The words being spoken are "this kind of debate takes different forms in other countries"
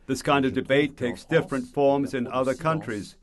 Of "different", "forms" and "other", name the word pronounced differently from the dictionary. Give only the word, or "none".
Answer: none